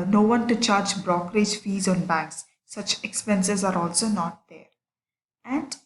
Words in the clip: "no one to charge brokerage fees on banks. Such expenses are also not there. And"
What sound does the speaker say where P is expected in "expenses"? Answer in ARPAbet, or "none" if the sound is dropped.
P